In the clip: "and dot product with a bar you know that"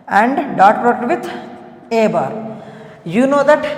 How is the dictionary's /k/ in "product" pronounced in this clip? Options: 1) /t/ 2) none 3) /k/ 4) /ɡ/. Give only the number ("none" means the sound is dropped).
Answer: 2